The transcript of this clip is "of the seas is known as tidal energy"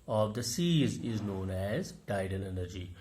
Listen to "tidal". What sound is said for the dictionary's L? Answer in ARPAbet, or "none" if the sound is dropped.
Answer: N